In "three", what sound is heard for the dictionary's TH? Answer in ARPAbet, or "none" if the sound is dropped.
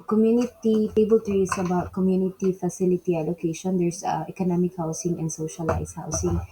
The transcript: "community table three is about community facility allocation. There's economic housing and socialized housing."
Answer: T